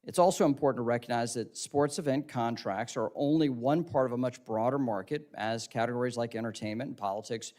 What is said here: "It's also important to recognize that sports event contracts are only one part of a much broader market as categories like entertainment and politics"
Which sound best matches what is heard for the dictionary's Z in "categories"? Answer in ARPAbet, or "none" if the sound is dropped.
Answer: Z